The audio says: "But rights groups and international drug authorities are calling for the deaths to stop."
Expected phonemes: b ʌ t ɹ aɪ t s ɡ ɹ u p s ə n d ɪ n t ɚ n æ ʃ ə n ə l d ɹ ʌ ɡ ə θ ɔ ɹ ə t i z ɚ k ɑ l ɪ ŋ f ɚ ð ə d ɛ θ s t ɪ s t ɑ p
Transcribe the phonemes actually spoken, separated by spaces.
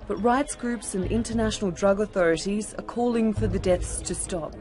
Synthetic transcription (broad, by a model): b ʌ t ɹ aɪ t s ɡ ɹ u p s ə n ɪ n t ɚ n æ ʃ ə n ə l d ɹ ʌ ɡ ə θ ɔ ɹ ə t i z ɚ k ɑ l ɪ ŋ f ɚ ð ə d ɛ θ s t ɪ s t ɑ p